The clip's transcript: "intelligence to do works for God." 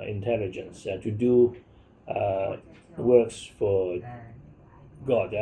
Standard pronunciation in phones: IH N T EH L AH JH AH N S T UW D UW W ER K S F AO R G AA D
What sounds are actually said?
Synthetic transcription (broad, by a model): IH N T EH L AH JH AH N S T UW D UW W ER K S F AO R G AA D